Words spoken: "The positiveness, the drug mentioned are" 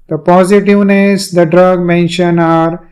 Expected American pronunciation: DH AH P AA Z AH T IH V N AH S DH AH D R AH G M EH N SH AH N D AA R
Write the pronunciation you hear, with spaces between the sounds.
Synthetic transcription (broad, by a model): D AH P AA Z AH T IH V N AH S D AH D R AH G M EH N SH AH N AA R